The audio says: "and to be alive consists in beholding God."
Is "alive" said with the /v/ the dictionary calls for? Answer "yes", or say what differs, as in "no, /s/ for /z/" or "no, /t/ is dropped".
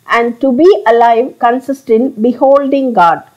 yes